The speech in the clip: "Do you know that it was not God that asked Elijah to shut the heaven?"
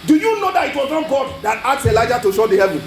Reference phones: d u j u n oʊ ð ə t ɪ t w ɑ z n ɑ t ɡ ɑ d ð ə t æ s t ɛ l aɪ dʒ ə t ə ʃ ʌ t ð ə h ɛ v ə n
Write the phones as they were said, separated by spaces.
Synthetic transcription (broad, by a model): d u j u n oʊ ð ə t ɪ t w ɑ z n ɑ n ɡ ɑ d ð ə t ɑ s ɛ l aɪ dʒ ə t ə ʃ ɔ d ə h ɛ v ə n